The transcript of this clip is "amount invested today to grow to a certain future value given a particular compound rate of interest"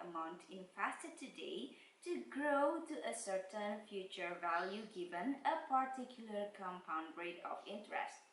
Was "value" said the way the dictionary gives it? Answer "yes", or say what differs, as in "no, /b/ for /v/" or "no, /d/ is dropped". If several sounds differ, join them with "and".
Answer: yes